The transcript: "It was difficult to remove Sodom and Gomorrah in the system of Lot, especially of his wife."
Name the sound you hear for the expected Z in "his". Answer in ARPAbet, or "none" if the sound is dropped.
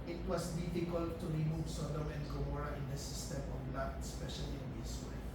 S